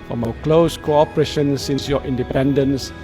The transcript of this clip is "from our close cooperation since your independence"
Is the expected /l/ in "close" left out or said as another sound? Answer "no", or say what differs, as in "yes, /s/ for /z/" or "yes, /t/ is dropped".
no